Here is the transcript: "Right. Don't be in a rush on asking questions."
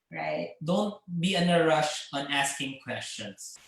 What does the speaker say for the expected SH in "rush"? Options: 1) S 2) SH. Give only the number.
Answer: 2